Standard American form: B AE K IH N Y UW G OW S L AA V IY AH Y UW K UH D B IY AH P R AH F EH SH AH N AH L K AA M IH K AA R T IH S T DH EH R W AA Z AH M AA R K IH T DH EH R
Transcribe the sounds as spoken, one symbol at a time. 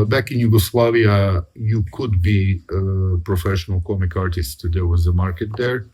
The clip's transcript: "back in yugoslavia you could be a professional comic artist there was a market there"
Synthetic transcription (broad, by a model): B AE K IH N Y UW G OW S L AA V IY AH Y UW K UH D B IY AH P R AH F EH SH AH N AH L K AA M IH K AA R T IH S T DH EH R W AA Z AH M AA R K IH T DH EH R